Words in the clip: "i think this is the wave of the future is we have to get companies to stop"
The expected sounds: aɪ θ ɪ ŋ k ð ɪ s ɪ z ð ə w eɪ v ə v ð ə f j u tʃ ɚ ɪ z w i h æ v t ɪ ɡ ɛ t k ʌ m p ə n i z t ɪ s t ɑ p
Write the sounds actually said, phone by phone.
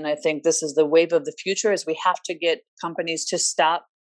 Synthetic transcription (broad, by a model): aɪ θ ɪ ŋ k ð ɪ s ɪ z ð ə w eɪ v ə v ð ə f j u tʃ ɚ ɪ z w i h æ f t ɪ ɡ ɛ t k ʌ m p ə n i z t ɪ s t ɑ p